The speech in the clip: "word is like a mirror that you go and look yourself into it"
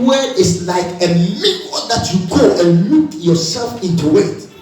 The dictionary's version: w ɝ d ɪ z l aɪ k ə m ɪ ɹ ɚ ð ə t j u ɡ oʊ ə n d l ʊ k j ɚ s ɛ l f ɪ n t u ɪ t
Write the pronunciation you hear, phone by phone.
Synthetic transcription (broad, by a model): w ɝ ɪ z l aɪ k ə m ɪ w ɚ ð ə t j u ɡ oʊ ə n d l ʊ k j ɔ s ɛ l f ɪ n t u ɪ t